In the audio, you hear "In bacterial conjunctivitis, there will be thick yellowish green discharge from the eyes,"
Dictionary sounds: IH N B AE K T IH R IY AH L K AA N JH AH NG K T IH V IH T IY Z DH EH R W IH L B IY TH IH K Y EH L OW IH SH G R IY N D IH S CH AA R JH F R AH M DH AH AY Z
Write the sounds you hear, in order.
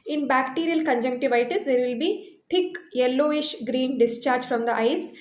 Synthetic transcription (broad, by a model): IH N B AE K T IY R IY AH L K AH N JH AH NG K T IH V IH T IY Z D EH R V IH L B IY T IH K Y EH L OW IH SH G R IY N D IH S CH AA R JH F R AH M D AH AY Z